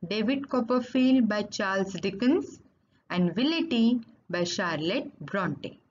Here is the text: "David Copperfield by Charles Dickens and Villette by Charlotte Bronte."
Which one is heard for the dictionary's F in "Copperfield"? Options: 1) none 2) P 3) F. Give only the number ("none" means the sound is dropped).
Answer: 3